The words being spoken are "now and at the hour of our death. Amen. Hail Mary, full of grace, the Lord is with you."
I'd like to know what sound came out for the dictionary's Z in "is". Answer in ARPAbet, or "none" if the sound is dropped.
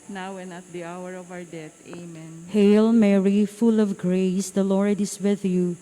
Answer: S